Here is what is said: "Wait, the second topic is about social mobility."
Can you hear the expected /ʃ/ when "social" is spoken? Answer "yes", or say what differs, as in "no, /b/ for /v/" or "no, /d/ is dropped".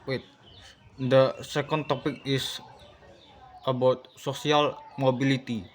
no, /s/ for /ʃ/